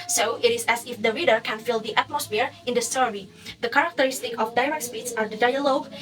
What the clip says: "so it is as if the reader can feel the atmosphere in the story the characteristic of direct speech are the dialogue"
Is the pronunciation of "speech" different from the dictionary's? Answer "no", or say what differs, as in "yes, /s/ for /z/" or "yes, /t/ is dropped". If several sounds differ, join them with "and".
yes, /s/ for /tʃ/